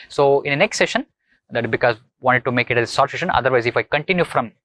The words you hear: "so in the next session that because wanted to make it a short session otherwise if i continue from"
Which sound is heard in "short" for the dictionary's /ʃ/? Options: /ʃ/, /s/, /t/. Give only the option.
/s/